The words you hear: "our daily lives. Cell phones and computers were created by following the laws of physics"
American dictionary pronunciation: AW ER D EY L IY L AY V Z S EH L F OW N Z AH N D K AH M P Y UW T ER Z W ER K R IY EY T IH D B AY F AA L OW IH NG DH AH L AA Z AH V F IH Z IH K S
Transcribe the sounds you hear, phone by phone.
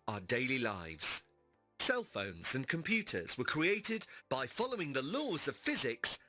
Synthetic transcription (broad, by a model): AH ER D EY L IY L AY V Z S EH L F OW N Z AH N K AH M P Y UW T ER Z W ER K R IY EY T IH D B AY F AA L OW IH NG DH AH L AA Z AH V F IH Z IH K S